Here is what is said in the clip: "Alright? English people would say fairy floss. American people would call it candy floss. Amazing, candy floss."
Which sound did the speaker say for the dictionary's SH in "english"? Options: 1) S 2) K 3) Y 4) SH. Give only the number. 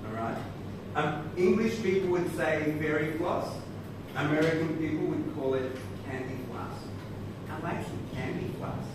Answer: 4